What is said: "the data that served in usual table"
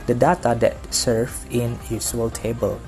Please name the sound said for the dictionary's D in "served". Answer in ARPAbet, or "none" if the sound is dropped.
none